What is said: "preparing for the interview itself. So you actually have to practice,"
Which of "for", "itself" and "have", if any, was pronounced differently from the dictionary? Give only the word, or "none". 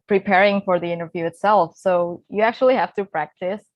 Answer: have